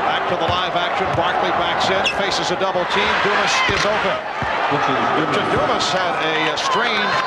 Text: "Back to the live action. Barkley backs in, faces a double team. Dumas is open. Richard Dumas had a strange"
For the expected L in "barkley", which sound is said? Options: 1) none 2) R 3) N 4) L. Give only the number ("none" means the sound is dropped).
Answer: 4